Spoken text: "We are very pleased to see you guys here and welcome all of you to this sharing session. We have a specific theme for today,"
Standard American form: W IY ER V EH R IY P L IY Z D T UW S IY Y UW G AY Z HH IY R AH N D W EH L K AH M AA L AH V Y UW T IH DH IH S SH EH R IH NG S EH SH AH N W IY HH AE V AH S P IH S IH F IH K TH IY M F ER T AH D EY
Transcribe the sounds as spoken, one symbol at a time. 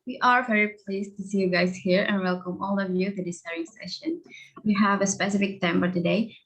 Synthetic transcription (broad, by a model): W IY ER V EH R IY P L IY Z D T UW S IY Y UW G AY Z HH IY R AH N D W EH L K AH M AA L AH V Y UW T IH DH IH S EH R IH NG S EH SH AH N W IY HH AE V AH S P IH S IH F IH K T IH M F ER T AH D EY